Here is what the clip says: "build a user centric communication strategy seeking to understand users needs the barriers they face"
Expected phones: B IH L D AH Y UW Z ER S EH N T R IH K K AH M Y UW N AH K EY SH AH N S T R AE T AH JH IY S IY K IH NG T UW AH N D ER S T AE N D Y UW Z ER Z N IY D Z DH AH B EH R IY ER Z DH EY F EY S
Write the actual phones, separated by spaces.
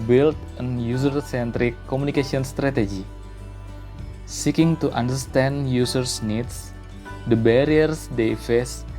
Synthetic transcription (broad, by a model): B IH L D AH Y UW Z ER S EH N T R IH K K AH M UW N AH K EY S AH N S T R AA T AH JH IY S IY K IH NG T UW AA N D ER S T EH N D Y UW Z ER S N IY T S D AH B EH R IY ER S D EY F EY S